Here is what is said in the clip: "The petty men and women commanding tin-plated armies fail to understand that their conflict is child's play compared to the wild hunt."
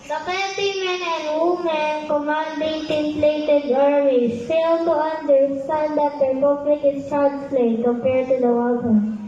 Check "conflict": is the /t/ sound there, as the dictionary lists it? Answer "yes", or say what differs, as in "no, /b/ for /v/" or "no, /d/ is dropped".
no, /t/ is dropped